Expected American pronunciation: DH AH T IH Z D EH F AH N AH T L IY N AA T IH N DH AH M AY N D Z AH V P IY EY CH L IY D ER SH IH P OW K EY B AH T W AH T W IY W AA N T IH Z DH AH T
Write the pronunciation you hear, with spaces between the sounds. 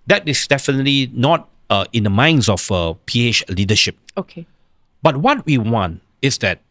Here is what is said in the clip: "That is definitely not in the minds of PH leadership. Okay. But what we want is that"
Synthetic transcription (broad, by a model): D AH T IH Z D EH F AH N AH T L IY N AA T IH N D AH M AY N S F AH P IY EY CH L IY D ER SH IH P OW K EY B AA T W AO T W IY W AA N T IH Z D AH T